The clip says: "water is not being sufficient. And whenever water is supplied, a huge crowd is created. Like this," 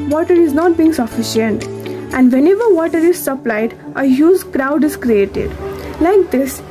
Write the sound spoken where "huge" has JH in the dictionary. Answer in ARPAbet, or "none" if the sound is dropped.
Z